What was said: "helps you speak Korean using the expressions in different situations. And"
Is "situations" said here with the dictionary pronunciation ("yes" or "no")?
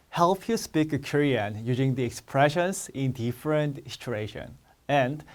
no